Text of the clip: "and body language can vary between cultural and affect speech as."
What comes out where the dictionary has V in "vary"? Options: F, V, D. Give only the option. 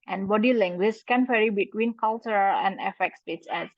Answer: F